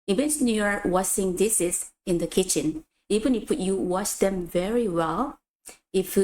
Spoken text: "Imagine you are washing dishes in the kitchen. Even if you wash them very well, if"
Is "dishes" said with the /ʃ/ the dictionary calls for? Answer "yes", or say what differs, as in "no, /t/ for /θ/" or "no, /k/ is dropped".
no, /s/ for /ʃ/